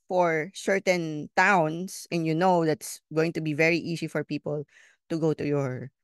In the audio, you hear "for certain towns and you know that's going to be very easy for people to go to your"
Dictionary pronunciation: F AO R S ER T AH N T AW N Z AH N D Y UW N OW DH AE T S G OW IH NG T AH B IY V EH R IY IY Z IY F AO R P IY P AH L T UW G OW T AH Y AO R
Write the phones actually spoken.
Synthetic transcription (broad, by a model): F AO R S ER T AH N T AW N S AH N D Y UW N OW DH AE T S G OW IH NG T AH B IY V EH R IY IY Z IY F AO R P IY P AH L T UW G OW T AH Y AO R